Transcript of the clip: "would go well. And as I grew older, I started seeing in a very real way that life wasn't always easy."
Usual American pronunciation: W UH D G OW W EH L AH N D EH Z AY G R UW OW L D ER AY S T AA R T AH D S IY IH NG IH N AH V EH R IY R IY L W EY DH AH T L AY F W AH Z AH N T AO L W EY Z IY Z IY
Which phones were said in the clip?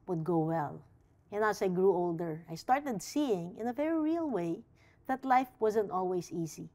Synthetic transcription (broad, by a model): W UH D G OW W EH L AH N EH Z AY G R UW OW L D ER AY S T AA R T AH D S IY IH NG IH N AH V EH R IY R IY L W EY DH AH T L AY F W AH Z AH N T AO L W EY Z IY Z IY